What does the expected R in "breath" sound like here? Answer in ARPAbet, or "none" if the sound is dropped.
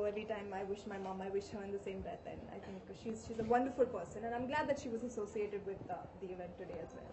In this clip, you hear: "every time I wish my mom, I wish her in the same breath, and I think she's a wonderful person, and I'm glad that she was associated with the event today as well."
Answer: none